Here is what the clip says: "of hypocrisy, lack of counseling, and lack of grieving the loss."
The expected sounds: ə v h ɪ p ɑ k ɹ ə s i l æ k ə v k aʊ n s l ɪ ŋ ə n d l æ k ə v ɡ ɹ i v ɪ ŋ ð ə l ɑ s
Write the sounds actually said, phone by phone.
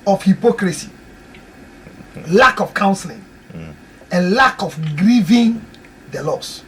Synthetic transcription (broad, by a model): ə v h ɪ p ɑ k ɹ ə s i l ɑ k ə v k aʊ n s l ɪ ŋ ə n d l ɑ k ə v ɡ ɹ i v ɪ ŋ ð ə l ɑ s